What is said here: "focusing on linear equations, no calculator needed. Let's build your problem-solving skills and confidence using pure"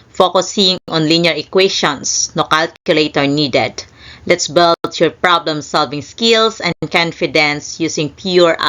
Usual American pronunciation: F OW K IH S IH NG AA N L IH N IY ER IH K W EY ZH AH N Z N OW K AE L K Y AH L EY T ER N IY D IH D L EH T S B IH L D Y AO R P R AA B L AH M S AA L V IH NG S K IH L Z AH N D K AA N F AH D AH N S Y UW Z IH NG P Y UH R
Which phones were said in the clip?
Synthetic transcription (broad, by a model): F OW K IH S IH NG AA N L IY N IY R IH K W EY SH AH N S N OW K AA L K Y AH L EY T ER N IY D IH D L EH T S B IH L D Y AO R P R AA B L AH M S AA L V IH NG S K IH L S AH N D K AA N F AH D AH N S Y UW S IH NG P Y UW R